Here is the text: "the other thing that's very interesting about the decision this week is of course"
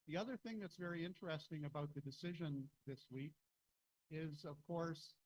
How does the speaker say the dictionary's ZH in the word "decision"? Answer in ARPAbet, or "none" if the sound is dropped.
ZH